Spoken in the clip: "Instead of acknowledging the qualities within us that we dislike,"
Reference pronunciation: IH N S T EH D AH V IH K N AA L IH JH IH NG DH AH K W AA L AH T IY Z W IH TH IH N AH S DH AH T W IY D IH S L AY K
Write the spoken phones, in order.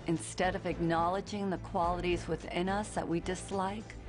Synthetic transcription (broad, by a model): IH N S T EH D AH V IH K N AA L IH JH IH NG DH AH K W AA L AH T IY Z W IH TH IH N AH S DH AH T W IY D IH S L AY K